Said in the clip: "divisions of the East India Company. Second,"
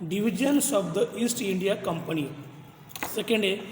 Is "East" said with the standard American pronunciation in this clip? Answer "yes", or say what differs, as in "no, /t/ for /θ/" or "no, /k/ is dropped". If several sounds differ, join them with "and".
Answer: yes